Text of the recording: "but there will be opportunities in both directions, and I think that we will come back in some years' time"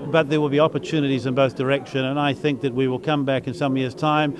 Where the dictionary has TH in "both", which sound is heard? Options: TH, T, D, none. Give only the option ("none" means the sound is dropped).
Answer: TH